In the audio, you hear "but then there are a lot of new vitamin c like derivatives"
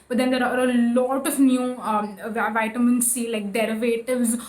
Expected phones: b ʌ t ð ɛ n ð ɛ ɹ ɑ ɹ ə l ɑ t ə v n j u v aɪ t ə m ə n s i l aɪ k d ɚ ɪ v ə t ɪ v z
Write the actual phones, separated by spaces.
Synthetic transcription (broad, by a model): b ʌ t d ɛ n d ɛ ɹ ɑ ɹ ə l ɑ t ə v n j u v aɪ t ə m ə n s i l aɪ k d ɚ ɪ v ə t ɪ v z